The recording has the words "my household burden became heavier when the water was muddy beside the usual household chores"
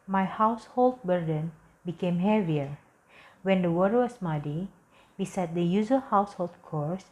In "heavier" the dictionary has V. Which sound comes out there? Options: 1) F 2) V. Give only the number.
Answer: 2